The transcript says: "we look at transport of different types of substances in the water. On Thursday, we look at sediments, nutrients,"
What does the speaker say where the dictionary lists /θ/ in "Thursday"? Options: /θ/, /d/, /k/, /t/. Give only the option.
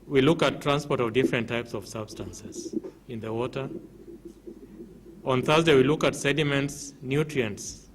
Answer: /θ/